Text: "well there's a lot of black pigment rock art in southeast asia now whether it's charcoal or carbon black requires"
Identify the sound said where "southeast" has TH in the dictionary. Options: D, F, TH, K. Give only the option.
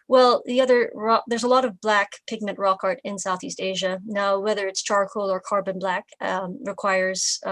TH